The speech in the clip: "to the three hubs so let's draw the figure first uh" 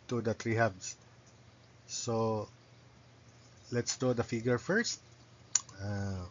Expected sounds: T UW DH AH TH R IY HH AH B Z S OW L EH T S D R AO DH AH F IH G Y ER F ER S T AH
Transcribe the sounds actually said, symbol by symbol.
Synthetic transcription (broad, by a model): T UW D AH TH R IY HH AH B S OW L EH T S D AO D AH F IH G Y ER F ER S T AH